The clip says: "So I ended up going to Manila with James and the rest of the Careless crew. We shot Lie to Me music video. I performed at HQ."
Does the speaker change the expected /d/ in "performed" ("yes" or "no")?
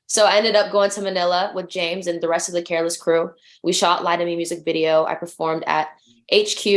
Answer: no